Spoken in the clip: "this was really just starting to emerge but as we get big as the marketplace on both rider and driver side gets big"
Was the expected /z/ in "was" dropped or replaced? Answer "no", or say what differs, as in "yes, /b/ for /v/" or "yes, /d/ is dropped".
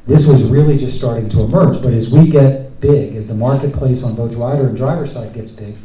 no